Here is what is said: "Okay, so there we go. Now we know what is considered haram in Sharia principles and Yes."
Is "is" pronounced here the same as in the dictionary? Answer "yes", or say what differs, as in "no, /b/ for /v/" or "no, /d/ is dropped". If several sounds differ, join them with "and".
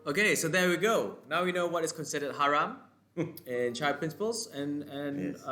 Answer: no, /s/ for /z/